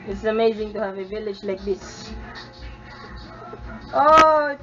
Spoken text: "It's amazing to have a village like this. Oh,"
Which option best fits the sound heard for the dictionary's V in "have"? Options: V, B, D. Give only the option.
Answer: V